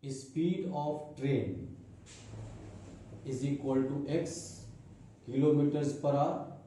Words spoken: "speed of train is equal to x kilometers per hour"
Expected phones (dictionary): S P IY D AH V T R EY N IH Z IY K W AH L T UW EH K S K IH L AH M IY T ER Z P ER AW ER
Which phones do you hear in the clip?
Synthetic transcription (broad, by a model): S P IY D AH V T R EY N IH Z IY K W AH L T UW EH K S K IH L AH M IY T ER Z P ER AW